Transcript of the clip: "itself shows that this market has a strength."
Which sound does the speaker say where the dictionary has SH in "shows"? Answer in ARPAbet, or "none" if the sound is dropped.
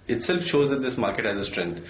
SH